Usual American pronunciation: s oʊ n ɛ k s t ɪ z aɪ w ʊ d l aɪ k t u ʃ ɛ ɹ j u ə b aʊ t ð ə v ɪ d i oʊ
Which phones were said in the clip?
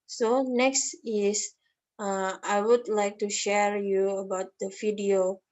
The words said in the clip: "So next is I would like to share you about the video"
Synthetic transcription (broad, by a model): s oʊ n ɛ k s t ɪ s aɪ w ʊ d l aɪ k t u ʃ ɛ ɹ j u ə b aʊ t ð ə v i d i oʊ